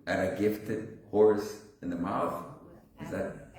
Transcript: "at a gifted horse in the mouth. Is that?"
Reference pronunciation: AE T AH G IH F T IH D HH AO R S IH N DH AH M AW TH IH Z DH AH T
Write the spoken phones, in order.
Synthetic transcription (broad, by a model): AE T AH G IH F T IH D HH AO R S IH N DH AH M AW TH IH Z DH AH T